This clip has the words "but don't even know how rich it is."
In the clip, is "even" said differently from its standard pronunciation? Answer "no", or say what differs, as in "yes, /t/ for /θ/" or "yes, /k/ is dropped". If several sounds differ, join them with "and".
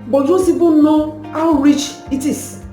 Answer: yes, /b/ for /v/